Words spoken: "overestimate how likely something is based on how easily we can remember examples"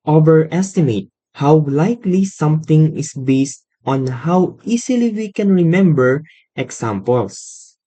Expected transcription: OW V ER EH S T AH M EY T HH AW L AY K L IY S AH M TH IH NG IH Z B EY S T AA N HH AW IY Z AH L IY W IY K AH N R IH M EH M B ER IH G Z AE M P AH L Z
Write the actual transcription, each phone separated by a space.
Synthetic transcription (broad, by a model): OW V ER EH S T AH M EY T HH AW L AY K L IY S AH M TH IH NG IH S B EY S T AA N HH AW IY S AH L IY W IY K AH N R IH M EH M B ER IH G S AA M P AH L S